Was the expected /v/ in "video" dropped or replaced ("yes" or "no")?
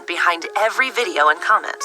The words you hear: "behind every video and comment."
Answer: no